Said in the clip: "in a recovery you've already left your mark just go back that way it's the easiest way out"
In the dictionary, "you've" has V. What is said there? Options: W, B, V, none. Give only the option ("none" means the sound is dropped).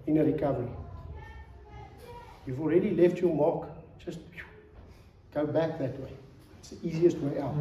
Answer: V